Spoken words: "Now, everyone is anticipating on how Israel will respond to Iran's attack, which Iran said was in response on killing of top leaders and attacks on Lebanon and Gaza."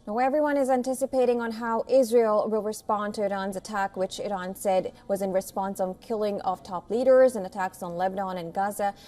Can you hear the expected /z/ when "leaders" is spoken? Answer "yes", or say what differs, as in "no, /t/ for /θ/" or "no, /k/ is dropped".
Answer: yes